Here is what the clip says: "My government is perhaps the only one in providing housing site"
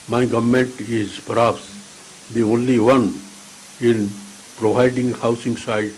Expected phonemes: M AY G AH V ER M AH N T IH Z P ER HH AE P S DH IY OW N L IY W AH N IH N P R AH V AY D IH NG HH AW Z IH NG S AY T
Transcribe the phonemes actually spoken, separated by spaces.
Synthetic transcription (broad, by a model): M AY G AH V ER M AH N T IH Z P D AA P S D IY OW N L IY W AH N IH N P R AH V AY D IH NG HH AW S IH NG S AY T